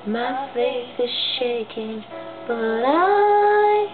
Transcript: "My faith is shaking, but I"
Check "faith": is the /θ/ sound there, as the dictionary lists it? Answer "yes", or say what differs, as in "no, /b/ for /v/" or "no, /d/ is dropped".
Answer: no, /s/ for /θ/